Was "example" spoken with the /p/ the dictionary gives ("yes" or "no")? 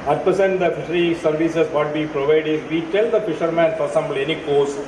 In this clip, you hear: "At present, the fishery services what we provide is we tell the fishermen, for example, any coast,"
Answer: no